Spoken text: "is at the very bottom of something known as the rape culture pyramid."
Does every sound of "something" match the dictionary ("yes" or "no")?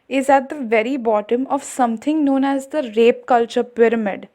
no